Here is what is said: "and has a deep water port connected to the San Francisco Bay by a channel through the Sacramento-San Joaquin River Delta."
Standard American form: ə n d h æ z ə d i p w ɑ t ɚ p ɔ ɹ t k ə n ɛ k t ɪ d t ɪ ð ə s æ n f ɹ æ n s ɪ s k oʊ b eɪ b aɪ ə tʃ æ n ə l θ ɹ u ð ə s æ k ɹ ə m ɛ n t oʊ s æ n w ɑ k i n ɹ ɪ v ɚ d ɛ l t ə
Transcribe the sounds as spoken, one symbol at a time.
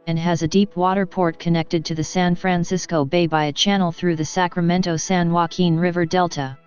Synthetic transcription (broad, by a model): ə n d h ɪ z ə d i p w ɑ t ɚ p ɔ ɹ t k ə n ɛ k t ɪ d t ɪ ð ə s æ n f ɹ æ n s ɪ s k oʊ b eɪ b aɪ ə tʃ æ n l θ ɹ u ð ə s æ k ɹ ə m ɛ n t oʊ s æ n w ɑ k i n ɹ ɪ v ɚ d ɛ l t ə